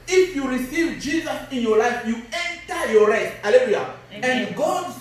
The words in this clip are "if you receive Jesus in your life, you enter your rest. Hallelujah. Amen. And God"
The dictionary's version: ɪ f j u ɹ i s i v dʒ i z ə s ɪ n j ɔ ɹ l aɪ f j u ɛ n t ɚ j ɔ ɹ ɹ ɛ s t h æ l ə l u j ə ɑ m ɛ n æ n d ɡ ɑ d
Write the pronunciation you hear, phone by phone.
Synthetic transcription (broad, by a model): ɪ f j u ɹ i s i v dʒ i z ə s ɪ n j ɔ l aɪ f j u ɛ n t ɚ j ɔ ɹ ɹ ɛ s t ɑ l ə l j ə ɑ ɛ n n ɡ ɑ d